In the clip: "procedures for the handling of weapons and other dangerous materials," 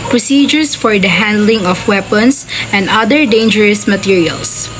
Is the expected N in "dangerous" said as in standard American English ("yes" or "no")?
yes